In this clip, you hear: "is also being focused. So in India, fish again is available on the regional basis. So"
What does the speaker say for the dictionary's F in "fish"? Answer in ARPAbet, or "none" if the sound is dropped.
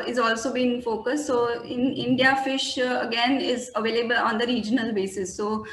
F